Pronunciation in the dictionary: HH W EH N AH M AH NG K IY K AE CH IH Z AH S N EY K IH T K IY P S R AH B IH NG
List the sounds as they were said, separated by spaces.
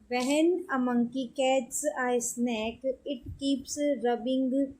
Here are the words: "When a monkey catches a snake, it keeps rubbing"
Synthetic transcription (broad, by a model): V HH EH N AH M AH NG K IY K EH S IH AH S N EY K IH T K IY P S R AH B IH NG